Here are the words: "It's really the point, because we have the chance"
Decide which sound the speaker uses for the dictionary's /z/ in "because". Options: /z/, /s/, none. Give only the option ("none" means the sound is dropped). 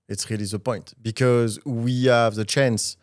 /z/